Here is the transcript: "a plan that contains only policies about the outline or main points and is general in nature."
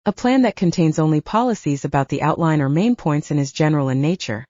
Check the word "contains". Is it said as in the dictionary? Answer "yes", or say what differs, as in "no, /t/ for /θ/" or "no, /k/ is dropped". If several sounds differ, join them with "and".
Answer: yes